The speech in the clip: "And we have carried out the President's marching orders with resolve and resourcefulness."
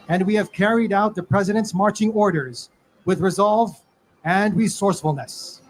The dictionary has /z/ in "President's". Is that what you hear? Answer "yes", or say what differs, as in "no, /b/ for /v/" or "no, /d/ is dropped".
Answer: yes